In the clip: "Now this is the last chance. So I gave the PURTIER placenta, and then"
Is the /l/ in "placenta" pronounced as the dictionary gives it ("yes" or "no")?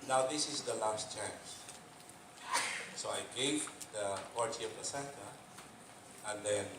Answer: no